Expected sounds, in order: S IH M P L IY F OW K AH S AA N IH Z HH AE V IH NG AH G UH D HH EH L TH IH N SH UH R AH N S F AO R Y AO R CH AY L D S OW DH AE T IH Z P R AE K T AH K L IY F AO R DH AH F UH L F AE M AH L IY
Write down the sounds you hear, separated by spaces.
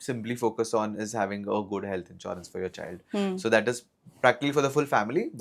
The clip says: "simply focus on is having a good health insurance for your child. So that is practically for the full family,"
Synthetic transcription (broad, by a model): S IH M P L IY F OW K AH S AA N IH Z HH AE V IH NG AH G UH D HH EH L T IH N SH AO R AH N S F AO R Y AO R CH AY L D S OW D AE T IH Z P R AE K T AH K L IY F AO R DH AH F UH L F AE M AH L IY